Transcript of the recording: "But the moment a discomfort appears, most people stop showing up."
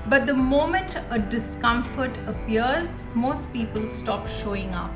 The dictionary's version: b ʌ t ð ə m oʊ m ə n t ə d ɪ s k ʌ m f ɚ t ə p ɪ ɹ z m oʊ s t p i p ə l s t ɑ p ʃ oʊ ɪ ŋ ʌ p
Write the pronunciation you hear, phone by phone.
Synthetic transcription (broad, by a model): b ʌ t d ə m oʊ m ə n t ə d ɪ s k ʌ m f ɚ t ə p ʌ ɹ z m oʊ s t p i p ə l s t ɑ p ʃ oʊ ɪ ŋ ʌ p